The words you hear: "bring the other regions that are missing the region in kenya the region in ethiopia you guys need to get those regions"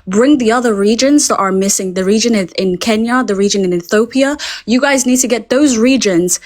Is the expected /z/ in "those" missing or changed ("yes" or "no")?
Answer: no